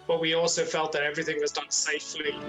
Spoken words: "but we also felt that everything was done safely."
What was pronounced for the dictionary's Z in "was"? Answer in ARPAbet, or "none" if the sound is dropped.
Z